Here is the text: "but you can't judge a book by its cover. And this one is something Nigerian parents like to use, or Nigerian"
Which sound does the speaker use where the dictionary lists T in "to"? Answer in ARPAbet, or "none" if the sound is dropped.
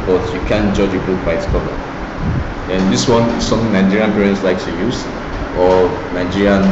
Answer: S